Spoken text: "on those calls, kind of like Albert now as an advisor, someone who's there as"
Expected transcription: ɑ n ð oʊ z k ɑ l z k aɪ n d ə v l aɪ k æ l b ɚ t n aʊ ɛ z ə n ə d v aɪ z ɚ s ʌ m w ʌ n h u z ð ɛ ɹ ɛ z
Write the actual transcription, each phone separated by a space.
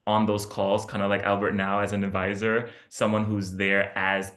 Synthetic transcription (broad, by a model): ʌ n ð oʊ z k ɑ l z k aɪ n d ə l aɪ k æ l b ɚ t n aʊ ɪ z ə n ə d v aɪ z ɚ s ʌ m w ʌ n h u z ð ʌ ɹ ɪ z